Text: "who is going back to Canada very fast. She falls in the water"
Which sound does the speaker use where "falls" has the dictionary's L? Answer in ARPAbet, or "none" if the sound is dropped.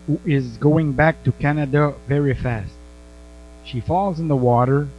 L